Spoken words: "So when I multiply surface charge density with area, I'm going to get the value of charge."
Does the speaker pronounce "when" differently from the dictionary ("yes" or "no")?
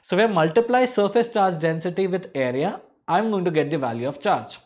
yes